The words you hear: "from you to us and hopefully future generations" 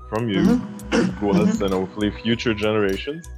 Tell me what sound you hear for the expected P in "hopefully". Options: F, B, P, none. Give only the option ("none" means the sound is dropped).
none